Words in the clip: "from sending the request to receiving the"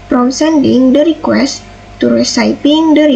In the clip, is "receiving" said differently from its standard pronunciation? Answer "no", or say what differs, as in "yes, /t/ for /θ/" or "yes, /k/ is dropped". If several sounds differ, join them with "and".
yes, /p/ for /v/